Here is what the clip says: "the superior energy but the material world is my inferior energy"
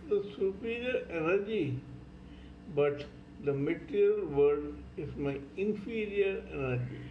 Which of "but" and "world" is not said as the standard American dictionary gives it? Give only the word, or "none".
world